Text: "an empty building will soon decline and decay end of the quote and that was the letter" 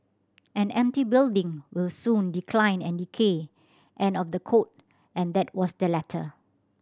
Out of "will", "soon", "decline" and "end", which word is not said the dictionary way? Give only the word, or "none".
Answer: end